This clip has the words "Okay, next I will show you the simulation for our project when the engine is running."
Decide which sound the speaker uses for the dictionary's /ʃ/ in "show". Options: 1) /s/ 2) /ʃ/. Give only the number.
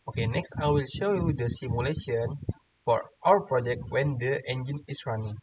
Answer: 2